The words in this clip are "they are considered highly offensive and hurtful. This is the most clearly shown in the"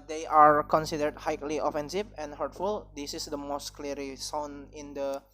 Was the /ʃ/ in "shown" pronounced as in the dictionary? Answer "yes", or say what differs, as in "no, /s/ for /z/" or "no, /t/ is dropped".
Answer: no, /s/ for /ʃ/